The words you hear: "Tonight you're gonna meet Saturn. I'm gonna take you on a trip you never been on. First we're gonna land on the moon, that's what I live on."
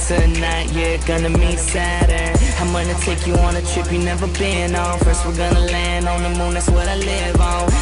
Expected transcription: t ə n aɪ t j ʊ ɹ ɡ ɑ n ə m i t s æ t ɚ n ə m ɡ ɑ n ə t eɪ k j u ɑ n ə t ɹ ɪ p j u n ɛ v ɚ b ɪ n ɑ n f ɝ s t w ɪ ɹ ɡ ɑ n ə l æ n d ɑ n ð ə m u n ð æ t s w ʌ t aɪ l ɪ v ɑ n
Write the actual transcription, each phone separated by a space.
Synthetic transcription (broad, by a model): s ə n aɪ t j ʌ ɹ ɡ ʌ n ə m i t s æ t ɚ ə m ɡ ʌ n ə t eɪ k j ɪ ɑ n ə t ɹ ɪ p j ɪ n ɛ v ɚ b ɪ n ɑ f ɝ s t w ɪ ɹ ɡ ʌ n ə l æ n d n ð ə m u n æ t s w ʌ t aɪ l ɪ v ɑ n